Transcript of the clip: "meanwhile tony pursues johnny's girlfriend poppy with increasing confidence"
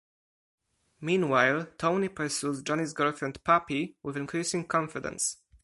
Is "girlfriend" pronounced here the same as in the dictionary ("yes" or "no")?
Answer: no